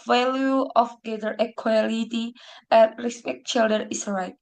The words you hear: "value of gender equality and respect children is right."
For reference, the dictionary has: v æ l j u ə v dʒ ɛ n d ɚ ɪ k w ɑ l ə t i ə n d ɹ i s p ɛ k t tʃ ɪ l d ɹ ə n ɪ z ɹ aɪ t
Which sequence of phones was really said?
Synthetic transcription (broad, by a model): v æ l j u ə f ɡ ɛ d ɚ ɪ k w ɑ l ə t i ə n ɹ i s p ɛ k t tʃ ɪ l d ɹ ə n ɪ s ɹ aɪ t